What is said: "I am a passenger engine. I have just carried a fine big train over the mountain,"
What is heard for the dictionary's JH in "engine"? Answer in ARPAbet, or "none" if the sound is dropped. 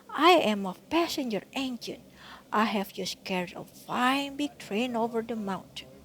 SH